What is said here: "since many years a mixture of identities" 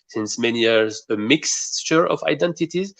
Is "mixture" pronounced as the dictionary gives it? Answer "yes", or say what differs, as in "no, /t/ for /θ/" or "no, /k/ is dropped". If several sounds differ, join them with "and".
yes